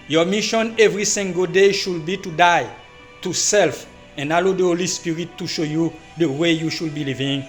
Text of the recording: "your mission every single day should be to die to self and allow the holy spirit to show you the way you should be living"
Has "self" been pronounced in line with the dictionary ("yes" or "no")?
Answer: yes